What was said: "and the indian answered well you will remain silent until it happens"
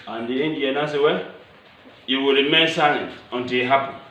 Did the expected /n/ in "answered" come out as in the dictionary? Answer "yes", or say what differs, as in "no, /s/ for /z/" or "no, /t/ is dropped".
no, /n/ is dropped